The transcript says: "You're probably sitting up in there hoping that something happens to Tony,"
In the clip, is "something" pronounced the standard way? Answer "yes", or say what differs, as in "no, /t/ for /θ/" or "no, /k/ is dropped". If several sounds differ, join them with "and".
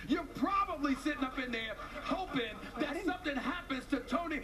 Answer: yes